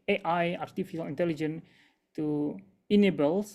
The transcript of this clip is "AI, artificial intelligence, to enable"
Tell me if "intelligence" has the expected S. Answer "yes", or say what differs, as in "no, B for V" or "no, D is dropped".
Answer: no, S is dropped